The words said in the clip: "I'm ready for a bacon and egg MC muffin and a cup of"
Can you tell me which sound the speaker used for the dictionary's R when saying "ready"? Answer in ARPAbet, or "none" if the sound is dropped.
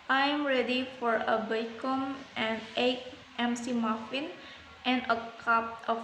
R